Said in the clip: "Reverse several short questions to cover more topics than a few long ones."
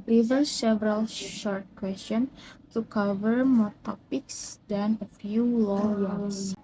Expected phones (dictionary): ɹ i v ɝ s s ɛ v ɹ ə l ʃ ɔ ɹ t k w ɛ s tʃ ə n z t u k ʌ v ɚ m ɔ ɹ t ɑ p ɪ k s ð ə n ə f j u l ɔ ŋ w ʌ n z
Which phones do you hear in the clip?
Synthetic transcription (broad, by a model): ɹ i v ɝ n s ɛ v ɹ ə l ʃ ɔ ɹ t k w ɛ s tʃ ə n t u k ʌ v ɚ m ɔ ɹ t ɑ p ɪ k s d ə n ə f j u l ɔ ŋ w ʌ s